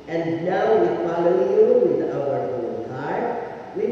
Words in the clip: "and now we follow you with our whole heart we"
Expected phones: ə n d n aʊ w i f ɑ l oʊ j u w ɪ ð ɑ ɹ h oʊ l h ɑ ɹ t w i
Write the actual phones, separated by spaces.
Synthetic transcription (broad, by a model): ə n n aʊ w i f ɑ l oʊ j u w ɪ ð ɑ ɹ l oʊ n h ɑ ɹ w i